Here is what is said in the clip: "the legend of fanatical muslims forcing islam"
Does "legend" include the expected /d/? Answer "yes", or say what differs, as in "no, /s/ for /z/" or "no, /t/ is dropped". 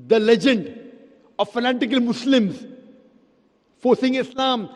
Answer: yes